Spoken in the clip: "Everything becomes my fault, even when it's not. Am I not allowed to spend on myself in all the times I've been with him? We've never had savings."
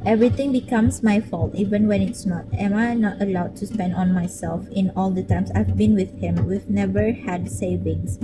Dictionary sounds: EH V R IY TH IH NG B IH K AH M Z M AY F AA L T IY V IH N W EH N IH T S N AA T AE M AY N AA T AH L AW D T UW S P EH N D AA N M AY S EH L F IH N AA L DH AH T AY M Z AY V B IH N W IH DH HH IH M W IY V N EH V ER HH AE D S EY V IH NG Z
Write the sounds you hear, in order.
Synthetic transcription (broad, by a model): EH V R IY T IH NG B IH K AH M S M AY F AA L T IY V IH N W EH N IH T S N AA T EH M AY N AA T AH L AW D T UW S P EH N D AA N M AY S EH L F IH N AA L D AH T AY M S AY V B IH N W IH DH HH IH M W IY V N EH V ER HH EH D S EY V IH NG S